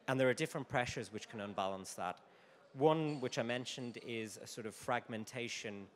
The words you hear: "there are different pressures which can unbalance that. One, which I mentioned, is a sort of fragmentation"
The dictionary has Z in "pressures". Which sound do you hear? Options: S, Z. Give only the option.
Z